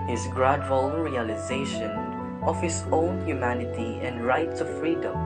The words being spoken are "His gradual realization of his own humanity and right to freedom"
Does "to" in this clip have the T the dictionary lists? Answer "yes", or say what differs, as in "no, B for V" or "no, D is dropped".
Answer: no, S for T